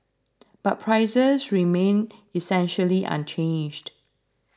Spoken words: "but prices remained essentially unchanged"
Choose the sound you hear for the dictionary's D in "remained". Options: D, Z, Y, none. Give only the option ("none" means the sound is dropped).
none